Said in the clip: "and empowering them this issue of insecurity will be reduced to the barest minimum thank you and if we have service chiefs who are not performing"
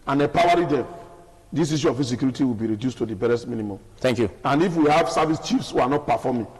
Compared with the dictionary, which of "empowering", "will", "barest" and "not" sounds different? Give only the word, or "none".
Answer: empowering